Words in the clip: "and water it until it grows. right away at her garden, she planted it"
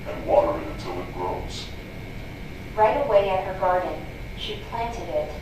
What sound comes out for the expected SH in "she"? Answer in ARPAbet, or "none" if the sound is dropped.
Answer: SH